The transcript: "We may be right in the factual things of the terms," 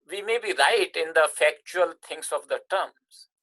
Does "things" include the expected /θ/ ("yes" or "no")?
no